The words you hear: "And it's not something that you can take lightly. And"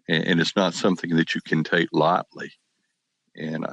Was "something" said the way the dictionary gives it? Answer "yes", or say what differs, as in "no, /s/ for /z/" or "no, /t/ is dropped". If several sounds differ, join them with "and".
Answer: yes